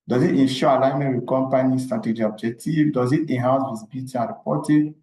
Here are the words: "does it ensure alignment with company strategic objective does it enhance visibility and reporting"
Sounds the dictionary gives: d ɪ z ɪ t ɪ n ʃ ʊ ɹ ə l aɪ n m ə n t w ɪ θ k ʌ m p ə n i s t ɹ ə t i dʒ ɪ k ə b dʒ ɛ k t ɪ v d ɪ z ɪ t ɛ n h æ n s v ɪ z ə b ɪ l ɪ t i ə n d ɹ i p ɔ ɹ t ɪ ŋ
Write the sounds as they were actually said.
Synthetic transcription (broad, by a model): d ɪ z ɪ t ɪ n ʃ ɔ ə l aɪ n m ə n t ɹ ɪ k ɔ m p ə n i s t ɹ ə t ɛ dʒ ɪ ə b dʒ ɛ k t ɪ v d ɪ z ɪ t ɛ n h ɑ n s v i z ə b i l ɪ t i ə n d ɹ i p ɔ t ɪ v